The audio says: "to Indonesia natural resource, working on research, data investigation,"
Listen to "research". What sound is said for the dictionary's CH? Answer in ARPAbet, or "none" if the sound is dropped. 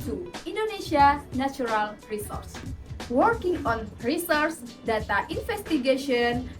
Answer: S